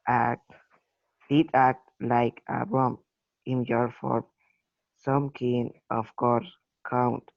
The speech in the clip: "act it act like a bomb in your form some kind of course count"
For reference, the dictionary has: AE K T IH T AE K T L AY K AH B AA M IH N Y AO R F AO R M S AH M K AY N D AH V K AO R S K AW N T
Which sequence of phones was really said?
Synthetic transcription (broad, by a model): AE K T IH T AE K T L AY K AH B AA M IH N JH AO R F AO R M S AH M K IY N AH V K AO R S K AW N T